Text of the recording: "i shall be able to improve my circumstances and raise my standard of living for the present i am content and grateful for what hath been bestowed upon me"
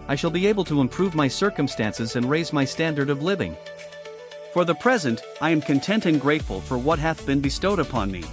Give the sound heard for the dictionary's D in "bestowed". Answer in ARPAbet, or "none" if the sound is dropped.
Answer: D